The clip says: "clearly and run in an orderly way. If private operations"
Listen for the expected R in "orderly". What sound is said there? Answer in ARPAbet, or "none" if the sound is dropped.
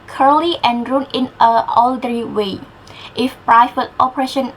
L